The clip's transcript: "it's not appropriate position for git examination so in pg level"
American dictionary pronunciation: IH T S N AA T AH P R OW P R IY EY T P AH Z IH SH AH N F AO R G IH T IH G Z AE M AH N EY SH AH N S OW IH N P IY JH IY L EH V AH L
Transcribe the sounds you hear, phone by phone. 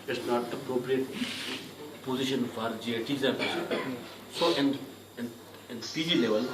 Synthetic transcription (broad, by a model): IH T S N AA T AH P R OW P R IY EY T P AH Z IH SH AH N F AO R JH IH T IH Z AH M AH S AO AH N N IH N P IY JH IY L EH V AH L